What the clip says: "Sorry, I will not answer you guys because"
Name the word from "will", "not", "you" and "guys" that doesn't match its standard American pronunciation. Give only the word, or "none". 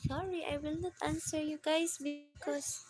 guys